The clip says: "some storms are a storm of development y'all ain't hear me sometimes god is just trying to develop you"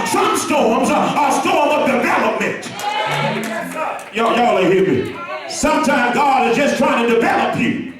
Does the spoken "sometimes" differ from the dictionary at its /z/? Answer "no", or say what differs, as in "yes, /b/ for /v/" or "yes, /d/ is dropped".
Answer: yes, /z/ is dropped